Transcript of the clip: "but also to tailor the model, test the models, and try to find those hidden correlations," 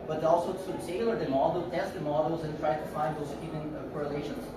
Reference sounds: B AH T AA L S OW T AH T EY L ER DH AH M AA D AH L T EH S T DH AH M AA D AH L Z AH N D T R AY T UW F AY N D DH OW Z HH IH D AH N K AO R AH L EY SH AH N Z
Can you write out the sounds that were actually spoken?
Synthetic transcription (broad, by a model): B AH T AA L S OW S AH S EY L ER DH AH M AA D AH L T EH S T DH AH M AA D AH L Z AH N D T R AY T UW F AY N D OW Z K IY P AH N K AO R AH L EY SH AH N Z